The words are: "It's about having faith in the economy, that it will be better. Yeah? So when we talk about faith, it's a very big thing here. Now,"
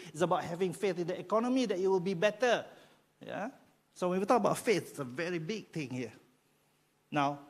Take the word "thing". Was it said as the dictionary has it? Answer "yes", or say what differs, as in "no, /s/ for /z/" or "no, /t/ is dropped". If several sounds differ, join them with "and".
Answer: no, /t/ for /θ/